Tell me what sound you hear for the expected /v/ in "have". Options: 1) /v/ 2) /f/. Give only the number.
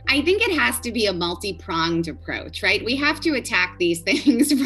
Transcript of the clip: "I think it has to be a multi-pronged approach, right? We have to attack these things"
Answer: 2